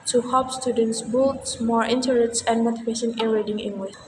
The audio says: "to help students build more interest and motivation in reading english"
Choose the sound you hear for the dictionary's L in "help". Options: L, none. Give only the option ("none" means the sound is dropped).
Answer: none